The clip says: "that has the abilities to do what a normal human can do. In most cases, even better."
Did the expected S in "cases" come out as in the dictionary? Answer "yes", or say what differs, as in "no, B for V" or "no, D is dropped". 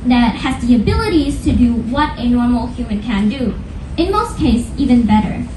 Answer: no, S is dropped